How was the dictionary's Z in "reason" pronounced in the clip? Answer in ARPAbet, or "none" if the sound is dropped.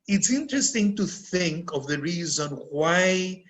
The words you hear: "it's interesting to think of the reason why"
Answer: Z